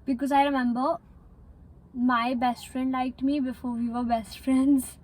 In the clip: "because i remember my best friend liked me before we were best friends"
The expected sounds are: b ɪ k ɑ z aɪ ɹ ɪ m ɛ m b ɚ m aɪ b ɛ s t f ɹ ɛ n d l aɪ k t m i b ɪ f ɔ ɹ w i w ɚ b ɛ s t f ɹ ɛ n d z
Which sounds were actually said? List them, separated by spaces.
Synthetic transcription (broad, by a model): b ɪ k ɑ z aɪ ɹ ɪ m ɛ m b ɚ m aɪ b ɛ s t f ɹ ɛ n d l aɪ k t m i b ɪ f ɔ ɹ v i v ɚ b ɛ s t f ɹ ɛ n d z